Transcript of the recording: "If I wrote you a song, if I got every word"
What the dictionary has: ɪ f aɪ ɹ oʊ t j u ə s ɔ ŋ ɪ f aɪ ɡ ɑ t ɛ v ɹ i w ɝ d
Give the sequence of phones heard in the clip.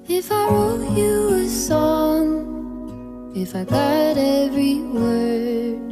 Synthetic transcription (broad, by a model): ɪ f aɪ w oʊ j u ə s ɔ ŋ ɪ f aɪ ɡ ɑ t ɛ v ɹ i w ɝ